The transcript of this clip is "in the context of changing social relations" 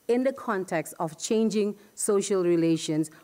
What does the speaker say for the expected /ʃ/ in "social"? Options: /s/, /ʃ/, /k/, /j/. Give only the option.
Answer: /ʃ/